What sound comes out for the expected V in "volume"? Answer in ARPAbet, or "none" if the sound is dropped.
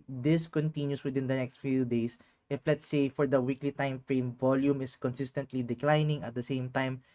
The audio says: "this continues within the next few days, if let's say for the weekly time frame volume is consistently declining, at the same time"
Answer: V